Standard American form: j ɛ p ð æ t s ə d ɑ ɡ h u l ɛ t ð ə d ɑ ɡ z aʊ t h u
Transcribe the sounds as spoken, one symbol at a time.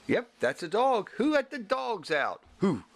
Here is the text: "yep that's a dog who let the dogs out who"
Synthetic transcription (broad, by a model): j ɛ p ð æ t s ə d ɑ ɡ h u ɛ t ð ə d ɑ ɡ z aʊ t h u